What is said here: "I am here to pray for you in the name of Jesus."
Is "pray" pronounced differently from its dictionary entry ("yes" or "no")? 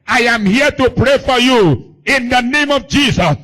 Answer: no